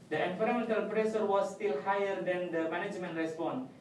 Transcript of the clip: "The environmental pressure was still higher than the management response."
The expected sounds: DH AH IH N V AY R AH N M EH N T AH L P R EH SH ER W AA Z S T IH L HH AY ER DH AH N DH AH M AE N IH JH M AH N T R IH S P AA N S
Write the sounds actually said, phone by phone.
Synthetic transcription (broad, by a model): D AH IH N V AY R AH M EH N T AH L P R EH S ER W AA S T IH L HH AY ER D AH N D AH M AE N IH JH M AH N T R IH S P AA N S